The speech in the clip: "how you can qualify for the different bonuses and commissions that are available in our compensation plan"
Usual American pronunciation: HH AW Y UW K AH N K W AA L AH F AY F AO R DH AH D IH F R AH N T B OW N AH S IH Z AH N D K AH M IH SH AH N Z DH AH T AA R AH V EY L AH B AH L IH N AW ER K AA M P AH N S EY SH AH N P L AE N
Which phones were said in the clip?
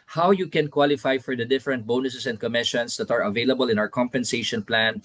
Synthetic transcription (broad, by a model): HH AW Y UW K AH N K W AA L AH F AY F AO R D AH D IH F R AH N T B OW N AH S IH S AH N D K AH M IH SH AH N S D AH T AA R AH V EY L AH B AH L IH N AW ER K AA M P AH N S EY SH AH N P L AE N